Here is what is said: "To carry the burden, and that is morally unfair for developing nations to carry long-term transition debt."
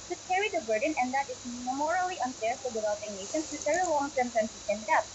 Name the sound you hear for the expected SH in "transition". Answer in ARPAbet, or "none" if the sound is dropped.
S